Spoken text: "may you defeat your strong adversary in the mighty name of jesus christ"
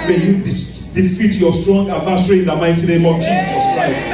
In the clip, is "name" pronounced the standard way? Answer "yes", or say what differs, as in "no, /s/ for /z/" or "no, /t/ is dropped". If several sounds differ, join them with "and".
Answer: yes